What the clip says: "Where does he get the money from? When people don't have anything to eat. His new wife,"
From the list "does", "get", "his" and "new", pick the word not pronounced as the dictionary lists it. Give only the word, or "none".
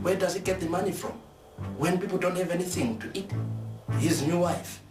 none